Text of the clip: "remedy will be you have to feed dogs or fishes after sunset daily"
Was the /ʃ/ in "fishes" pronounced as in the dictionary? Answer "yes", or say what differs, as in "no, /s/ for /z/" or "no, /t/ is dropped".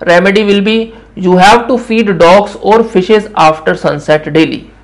yes